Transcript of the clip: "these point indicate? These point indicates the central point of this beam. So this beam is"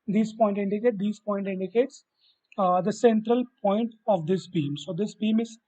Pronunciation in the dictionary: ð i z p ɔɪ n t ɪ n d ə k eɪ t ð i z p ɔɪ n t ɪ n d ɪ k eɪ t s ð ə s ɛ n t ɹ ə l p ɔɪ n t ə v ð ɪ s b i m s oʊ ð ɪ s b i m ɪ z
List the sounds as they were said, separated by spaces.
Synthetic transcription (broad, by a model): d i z p ɔɪ n t ɪ n d ə k eɪ t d i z p ɔɪ n t ɪ n d ɪ k eɪ t s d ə s ɛ n t ɹ ə l p ɔɪ n t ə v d ɪ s b i m s oʊ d ɪ s b i m ɪ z